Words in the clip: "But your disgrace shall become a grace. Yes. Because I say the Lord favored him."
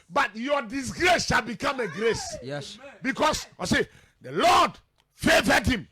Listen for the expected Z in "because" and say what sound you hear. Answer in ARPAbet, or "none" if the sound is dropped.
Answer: S